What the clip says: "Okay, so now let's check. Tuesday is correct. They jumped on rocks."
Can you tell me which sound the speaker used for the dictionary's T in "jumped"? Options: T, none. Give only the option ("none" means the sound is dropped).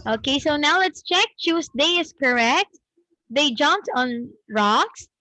T